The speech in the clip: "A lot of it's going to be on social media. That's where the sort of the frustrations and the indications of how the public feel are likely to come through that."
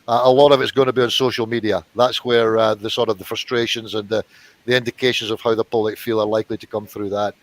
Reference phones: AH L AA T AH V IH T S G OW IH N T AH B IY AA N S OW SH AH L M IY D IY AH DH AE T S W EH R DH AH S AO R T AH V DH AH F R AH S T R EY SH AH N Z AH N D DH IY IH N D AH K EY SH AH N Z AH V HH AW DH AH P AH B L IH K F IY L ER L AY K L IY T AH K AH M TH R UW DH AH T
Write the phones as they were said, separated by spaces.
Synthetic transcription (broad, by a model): AH L AA T AH V IH T S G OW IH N T AH B IY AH N S OW SH AH L M IY D IY AH DH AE T S W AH R DH AH S AO R T AH V DH AH F R AH S T R EY SH AH N Z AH N DH IY IH N D AH K EY SH AH N Z AH V HH AW DH AH P AH B L IH K F IY L ER L AY K L IY T AH K AH M TH R UW DH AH T